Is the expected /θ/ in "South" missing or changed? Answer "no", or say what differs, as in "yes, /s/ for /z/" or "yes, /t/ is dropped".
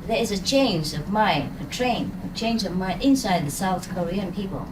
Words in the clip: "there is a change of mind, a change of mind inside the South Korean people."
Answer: no